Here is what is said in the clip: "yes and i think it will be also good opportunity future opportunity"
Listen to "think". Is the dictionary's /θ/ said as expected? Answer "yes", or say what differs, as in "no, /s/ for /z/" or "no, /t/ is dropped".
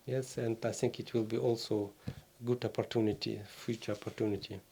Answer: no, /t/ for /θ/